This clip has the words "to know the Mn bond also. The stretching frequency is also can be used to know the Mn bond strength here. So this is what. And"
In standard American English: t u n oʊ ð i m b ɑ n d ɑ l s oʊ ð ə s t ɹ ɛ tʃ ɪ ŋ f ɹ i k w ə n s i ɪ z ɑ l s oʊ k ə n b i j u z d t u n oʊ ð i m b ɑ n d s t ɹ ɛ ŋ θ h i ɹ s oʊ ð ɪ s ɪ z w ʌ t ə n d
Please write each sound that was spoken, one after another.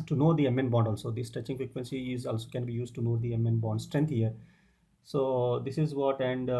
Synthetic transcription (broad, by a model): t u n oʊ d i m b ɑ n d ɑ l s oʊ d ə s t ʌ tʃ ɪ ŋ f ɹ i k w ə n s i ɪ z ɑ l s oʊ k ə n b i j u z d t u n oʊ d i m b ɑ n d s t ɹ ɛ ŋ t h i ɹ s oʊ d ɪ s ɪ z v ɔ t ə n d